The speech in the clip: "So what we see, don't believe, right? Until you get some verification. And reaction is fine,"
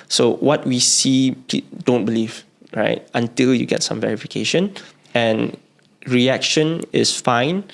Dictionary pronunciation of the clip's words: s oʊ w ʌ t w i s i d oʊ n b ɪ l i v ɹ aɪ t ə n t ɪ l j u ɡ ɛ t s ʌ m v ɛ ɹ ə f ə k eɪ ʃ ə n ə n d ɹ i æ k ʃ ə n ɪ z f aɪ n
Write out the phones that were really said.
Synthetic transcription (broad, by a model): s oʊ w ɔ t w i s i d oʊ n b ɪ l i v ɹ aɪ t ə n t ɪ l j u ɡ ɛ t s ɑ m v ɛ ɹ ə f ə k eɪ ʃ ə n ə n ɹ i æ k ʃ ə n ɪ s f aɪ n